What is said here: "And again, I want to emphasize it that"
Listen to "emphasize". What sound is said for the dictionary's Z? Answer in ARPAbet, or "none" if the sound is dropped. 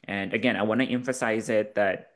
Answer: Z